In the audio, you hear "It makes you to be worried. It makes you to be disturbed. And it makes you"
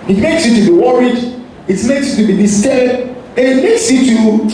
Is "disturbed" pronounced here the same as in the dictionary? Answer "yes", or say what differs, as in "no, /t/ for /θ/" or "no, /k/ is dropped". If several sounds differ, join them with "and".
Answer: no, /b/ is dropped